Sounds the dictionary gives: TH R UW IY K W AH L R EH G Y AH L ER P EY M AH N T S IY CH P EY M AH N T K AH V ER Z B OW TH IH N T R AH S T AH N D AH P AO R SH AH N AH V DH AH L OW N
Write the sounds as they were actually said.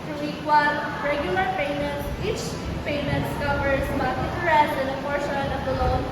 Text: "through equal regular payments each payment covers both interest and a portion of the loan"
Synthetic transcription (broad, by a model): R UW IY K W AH N R EH G Y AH L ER P EY M AH N T S IY CH P EY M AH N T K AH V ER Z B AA T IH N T R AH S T AH N D AH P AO R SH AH N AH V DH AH L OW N